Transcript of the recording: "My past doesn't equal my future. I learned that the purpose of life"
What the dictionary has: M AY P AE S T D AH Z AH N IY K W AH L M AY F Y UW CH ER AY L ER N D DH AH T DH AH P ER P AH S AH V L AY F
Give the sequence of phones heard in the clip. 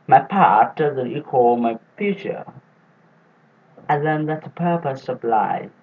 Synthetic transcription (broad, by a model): M AY P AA T D AH Z AH N IY K W AH L M AY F Y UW CH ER AY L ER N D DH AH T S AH P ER P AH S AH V L AY